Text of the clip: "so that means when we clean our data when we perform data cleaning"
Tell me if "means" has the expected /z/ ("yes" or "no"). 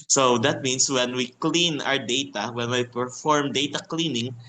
no